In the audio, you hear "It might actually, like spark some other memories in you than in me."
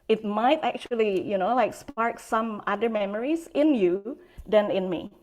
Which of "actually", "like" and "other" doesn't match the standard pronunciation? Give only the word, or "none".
actually